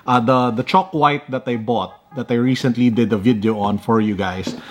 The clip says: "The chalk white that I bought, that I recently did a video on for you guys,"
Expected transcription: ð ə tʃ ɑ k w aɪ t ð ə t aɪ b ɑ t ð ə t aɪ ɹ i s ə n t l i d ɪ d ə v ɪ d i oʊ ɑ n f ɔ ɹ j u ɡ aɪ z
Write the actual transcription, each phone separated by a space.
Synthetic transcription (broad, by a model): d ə tʃ ɑ k w aɪ t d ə t aɪ b ɑ t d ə t aɪ ɹ i s ə n t l i d ɪ d ə v ɪ d i oʊ ɑ n f ɔ ɹ j u ɡ aɪ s